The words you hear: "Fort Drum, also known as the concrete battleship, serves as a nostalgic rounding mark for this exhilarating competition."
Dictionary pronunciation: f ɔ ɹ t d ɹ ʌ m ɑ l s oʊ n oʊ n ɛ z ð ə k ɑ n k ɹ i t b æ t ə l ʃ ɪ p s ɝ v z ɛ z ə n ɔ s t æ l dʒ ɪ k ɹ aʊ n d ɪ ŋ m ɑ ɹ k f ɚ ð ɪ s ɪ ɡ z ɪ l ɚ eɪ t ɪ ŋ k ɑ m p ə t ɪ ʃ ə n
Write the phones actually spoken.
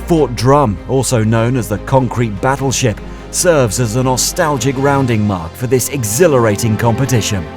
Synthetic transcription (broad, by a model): f ɔ ɹ t d ɹ ʌ m ɑ l s oʊ n oʊ n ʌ z ð ə k ɑ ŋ k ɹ i t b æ t l ʃ ɪ p s ɝ v z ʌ z ə n ɔ s t æ l dʒ ɪ k ɹ aʊ n d ɪ ŋ m ɑ ɹ k f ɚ ð ɪ s ɪ ɡ z ɪ l ɚ eɪ t ɪ ŋ k ɑ m p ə t ɪ ʃ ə n